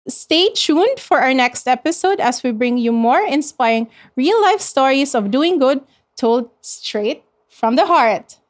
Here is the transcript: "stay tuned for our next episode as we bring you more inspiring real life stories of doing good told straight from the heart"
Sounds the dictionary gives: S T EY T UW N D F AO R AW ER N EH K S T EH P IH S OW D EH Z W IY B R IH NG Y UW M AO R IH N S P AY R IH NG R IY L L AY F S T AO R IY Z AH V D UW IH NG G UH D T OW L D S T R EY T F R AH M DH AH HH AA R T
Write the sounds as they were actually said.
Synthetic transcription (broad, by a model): S T EY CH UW N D F AO R AW ER N EH K S T EH P IH S OW D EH S W IY B R IH NG Y UW M AO R IH N S P AY R IH NG R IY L L AY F S T AO R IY S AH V D UW IH NG G UH D T OW L D S T R EY T F R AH M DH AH HH AA R T